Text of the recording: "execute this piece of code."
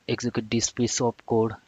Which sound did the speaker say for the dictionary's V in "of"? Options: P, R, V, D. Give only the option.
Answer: P